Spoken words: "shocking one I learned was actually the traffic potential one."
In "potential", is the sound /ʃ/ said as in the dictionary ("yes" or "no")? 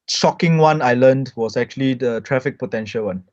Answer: yes